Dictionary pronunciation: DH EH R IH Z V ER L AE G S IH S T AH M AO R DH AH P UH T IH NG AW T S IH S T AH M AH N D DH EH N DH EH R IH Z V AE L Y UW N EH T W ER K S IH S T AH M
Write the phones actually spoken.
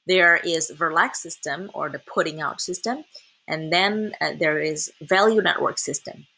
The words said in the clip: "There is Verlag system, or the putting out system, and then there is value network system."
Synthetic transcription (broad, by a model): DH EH R IH Z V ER L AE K S IH S T AH M AO R DH AH P UH T IH NG AW T S IH S T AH M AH N DH EH N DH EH R IH Z V AE L Y UW N EH T W ER K S IH S T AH M